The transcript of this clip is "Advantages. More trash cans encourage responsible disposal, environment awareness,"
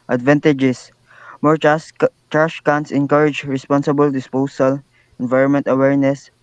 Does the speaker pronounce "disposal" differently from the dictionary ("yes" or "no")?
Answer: yes